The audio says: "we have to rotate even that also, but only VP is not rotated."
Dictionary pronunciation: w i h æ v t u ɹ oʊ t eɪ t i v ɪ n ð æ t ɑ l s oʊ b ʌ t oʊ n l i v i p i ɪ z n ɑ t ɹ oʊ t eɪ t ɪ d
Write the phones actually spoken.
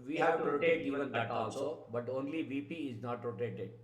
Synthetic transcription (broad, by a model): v i h æ v t u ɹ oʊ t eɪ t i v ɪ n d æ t ɑ l s oʊ b ʌ t oʊ n l i v i p i ɪ z n ɑ t ɹ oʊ t eɪ t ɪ d